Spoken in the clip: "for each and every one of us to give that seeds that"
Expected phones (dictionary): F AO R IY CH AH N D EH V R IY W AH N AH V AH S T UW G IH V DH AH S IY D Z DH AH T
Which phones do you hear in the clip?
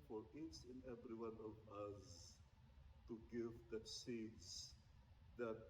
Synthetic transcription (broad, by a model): F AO R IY S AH N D EH V R IY W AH N AH V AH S T UW G IH V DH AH S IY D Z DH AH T